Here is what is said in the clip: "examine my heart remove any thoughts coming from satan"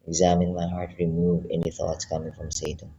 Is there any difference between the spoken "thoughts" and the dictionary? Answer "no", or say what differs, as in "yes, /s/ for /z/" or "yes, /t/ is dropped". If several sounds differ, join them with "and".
no